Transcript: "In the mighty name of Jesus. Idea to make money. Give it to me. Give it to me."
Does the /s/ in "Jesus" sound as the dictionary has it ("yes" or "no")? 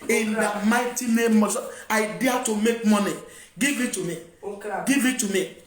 no